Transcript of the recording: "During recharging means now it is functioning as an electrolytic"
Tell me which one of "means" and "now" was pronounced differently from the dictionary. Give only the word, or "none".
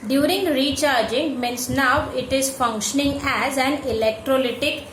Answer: means